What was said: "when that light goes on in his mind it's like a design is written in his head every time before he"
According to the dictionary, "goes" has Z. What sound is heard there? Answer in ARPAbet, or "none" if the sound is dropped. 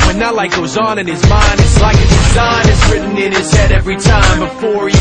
Z